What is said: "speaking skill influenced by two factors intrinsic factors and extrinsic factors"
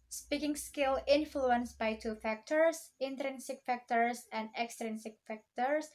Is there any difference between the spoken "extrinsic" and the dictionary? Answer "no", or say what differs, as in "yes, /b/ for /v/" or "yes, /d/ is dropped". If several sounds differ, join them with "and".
no